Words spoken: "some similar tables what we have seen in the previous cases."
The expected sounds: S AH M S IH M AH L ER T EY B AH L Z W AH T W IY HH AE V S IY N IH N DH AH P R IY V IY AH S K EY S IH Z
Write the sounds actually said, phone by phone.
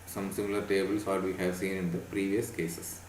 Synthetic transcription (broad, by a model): S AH M S IH M AH L ER T EY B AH L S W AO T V IY HH AE V S IY N IH N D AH P R IY V IY AH S K EY S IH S